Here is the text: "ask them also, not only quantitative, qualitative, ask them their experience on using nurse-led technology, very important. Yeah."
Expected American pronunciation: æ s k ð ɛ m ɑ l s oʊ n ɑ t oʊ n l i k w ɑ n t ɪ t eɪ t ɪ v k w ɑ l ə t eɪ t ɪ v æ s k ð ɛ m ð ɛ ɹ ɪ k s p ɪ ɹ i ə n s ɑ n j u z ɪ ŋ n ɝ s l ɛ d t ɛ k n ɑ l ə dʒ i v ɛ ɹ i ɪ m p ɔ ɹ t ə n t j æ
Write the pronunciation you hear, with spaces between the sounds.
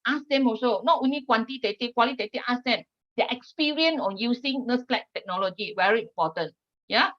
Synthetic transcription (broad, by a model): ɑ s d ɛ m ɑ s oʊ n ɑ t oʊ n l i k w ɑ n t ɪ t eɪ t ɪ k w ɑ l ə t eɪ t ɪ ɑ s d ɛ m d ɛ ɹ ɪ k s p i ɹ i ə n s ɑ n j u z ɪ ŋ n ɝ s l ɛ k t ɛ k n ɑ l ə dʒ i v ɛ ɹ i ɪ m p ɔ t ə n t j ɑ